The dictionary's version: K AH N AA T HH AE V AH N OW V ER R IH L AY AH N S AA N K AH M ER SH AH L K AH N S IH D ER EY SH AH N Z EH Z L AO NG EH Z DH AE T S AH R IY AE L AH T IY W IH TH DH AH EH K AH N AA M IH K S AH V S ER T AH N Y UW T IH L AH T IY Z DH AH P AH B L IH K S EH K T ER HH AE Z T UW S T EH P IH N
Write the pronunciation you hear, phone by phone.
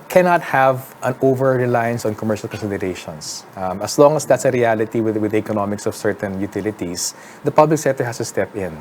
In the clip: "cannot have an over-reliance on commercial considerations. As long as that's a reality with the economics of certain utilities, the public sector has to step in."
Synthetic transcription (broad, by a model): K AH N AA T HH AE V AH N OW V ER R IH L AY AH N S AA N K AH M ER SH AH L K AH N S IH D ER EY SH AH N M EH S L AO NG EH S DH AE T S AH R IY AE L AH T IY W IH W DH EH K AH N AA M IH K S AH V S ER T AH N Y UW T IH L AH T IY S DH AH P AH B L IH K S EH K T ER HH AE S T UW S T EH P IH N